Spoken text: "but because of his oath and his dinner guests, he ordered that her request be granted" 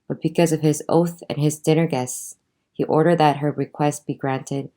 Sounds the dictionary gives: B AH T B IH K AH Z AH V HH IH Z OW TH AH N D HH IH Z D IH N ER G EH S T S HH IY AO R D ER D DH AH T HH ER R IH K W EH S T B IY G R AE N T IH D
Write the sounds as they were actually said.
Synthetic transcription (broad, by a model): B AH T B IH K AH Z AH V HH IH Z OW TH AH N IH Z D IH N ER G EH S T S HH IY AO R D ER D DH AH T HH ER R IH K W EH S T B IY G R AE N T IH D